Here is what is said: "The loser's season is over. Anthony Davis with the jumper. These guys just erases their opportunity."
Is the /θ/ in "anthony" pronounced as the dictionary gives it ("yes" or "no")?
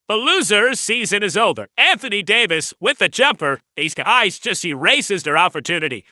yes